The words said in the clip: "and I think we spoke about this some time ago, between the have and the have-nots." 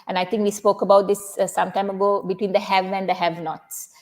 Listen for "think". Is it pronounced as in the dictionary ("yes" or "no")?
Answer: no